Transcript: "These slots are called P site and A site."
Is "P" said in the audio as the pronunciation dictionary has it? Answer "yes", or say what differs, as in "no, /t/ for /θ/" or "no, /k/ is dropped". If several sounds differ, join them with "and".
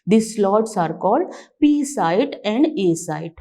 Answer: yes